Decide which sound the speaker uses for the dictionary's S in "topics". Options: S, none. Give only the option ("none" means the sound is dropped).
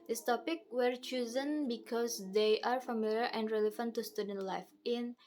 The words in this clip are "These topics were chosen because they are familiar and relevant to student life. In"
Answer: none